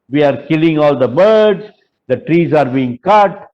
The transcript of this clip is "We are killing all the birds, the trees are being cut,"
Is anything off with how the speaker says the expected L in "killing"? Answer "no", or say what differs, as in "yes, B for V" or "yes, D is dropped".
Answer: no